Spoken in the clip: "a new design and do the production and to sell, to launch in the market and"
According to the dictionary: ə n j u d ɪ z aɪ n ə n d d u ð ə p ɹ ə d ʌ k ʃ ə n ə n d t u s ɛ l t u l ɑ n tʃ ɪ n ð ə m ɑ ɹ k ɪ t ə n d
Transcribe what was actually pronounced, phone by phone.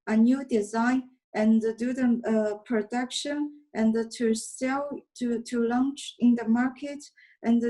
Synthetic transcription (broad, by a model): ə n j u d ɪ z aɪ n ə n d d u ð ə p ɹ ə d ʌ k ʃ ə n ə n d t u s ɛ l t u l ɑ n tʃ ɪ n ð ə m ɑ ɹ k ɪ t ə n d